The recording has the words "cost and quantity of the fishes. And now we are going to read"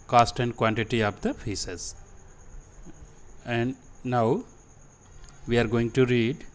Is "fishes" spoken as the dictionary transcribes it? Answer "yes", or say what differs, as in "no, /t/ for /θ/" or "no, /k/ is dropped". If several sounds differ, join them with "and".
no, /s/ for /ʃ/